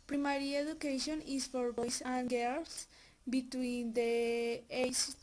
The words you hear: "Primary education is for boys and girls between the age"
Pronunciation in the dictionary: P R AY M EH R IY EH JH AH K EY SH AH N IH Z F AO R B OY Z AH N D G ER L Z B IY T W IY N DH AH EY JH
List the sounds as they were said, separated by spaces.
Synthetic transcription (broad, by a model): P R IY M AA R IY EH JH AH K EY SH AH N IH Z F AO R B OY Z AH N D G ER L S B IY T W IY N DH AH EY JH